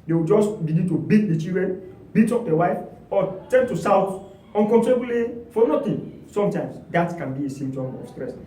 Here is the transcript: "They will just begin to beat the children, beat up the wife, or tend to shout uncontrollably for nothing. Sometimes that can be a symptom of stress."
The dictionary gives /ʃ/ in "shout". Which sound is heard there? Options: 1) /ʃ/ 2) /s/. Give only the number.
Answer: 2